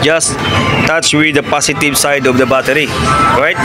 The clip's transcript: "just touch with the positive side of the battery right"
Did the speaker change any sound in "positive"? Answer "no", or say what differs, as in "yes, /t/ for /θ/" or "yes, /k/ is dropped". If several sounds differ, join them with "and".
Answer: yes, /s/ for /z/